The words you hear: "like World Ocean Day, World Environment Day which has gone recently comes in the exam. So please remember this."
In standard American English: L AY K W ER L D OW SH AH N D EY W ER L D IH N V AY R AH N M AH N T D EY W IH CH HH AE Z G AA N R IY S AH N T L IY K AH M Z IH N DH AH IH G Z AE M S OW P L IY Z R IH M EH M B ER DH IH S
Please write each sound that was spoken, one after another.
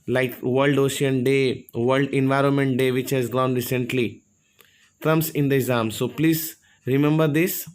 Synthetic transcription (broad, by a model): L AY K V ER L D OW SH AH N D EY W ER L D IH N V AY R AH N M AH N T D EY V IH CH HH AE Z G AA N R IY S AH N T L IY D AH M S IH N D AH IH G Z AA M S OW P L IY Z R IH M EH M B ER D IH S